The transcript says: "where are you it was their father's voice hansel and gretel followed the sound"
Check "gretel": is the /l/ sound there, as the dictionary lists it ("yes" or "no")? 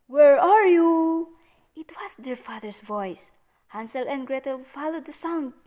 yes